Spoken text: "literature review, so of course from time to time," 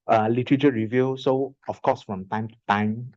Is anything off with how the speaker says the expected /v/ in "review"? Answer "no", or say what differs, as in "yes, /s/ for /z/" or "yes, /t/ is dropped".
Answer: no